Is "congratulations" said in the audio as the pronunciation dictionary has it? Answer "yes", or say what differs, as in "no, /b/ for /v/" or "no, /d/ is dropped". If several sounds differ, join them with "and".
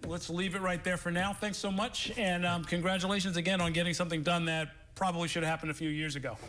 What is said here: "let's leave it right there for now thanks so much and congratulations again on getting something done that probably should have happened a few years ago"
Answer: yes